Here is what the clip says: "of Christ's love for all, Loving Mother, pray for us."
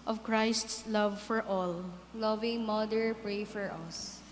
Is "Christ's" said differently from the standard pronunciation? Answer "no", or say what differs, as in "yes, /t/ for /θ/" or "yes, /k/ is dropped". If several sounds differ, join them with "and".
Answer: no